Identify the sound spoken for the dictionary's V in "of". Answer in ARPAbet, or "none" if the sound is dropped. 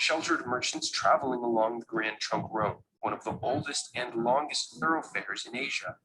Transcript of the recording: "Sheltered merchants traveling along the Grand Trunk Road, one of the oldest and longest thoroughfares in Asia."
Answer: V